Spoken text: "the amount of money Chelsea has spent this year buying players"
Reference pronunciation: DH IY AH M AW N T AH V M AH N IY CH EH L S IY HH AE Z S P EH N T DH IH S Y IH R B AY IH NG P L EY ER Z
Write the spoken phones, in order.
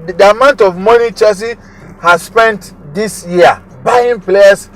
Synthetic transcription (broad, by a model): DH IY AH M AW N T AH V M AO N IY CH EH S IY HH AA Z S P EH N T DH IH S Y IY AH B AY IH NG P L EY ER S